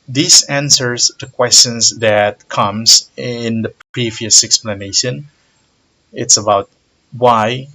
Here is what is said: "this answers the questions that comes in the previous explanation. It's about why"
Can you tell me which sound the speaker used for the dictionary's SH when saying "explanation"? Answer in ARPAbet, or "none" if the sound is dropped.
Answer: SH